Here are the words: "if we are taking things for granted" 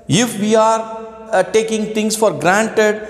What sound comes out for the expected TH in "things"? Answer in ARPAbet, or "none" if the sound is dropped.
T